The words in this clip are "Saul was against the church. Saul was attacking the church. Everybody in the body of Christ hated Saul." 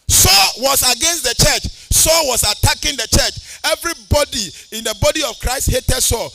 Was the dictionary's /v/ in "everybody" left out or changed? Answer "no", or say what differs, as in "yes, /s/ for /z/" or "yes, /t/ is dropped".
no